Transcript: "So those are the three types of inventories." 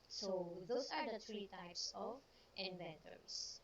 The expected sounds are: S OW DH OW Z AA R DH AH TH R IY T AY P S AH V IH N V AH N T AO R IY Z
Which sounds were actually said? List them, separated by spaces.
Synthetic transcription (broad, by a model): S OW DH OW S AA R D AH T R IY T AY P S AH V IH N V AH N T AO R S